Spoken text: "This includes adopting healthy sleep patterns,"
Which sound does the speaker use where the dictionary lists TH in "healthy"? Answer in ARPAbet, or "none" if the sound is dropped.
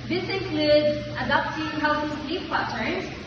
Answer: S